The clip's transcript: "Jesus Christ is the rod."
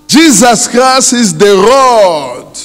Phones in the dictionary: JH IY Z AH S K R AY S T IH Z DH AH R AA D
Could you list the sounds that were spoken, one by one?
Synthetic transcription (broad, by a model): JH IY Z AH S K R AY S IH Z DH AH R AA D